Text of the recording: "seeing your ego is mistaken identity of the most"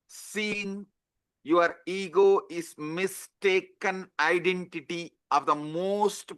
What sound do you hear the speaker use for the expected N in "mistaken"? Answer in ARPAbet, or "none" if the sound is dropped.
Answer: N